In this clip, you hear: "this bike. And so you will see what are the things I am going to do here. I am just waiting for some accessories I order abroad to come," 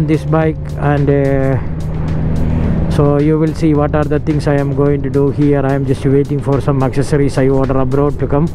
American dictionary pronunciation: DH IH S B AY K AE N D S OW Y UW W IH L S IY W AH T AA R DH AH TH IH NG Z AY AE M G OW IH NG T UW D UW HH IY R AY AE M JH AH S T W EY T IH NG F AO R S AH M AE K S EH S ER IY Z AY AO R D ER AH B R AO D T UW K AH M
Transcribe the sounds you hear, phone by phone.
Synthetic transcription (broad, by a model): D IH S B AY K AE N D S OW Y UW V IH L S IY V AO T AA R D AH T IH NG S AY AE M G OW IH NG T UW D UW HH IY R AY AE M JH AH S T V EY T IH NG F AO R S AH M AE K S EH S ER IY S AY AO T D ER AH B R AO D T UW K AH M